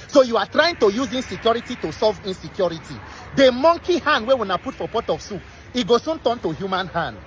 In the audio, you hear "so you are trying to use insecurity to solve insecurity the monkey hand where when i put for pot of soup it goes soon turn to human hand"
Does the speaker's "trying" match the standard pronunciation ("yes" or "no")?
yes